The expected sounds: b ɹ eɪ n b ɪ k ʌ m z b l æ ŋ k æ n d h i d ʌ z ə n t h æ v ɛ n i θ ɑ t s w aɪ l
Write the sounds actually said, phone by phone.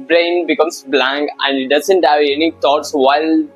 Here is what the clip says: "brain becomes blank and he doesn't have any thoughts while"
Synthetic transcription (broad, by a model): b ɹ eɪ n b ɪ k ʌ m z b l æ ŋ k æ n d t d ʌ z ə n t h æ v ɛ n i t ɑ t s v aɪ l